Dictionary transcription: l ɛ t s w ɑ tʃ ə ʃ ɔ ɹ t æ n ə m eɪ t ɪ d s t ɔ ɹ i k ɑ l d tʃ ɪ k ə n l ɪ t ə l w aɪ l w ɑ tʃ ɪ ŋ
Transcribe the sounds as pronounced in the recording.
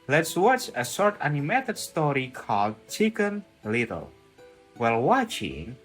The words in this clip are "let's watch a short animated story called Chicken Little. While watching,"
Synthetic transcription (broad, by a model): l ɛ t s w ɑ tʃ ə s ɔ ɹ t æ n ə m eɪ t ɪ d s t ɔ ɹ i k ɑ l d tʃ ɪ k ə n l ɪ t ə l w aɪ l w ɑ tʃ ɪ ŋ